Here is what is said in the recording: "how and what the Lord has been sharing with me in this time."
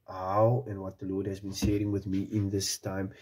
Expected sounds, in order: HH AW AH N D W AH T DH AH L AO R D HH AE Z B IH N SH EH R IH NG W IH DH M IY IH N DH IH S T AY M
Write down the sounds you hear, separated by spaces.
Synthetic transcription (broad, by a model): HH AW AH N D W AH T DH AH L AO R D HH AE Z B IH N S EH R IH NG W IH DH M IY IH N DH IH S T AY M